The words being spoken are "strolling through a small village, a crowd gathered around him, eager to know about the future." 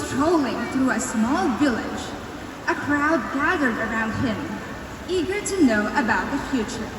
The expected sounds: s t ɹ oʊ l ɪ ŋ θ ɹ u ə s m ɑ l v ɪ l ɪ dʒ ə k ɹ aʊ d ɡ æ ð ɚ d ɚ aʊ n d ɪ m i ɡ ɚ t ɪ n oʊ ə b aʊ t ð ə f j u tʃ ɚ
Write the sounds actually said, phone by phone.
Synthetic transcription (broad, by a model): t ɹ oʊ l ɪ ŋ θ ɹ u ə s m ɑ l v ɪ l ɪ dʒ ə k ɹ aʊ d ɡ æ ð ɚ d ɚ aʊ n d ɪ m i ɡ ɚ t ɪ n oʊ ə b aʊ t ð ə f j u tʃ ɚ